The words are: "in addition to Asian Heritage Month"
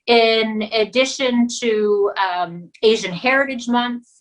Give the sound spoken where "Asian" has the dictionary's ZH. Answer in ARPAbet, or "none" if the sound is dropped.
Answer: ZH